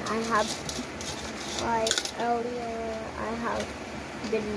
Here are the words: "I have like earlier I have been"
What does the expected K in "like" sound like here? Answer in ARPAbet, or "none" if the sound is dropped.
none